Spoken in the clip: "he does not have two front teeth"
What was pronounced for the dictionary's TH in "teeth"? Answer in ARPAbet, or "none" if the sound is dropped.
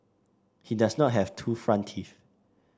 F